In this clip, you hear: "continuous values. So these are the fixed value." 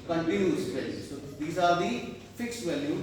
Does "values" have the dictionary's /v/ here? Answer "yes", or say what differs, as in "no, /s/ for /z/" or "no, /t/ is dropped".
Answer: no, /p/ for /v/